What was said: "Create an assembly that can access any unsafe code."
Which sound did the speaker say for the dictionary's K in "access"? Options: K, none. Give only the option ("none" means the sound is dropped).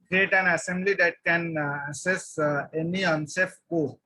none